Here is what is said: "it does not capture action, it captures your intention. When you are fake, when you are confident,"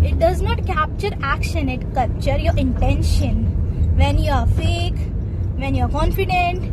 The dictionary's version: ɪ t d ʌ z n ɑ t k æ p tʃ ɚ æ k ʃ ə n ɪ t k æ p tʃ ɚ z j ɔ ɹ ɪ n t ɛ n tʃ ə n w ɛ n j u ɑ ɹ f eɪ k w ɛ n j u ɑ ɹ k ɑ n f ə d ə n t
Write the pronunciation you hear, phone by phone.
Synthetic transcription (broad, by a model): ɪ t d ʌ z n ɑ t k æ p tʃ ɚ æ k ʃ ə n ɪ t k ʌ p tʃ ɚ j ɔ ɹ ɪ n t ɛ n ʃ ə n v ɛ n j u ɑ ɹ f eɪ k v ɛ n j u ɑ ɹ k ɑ n f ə d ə n t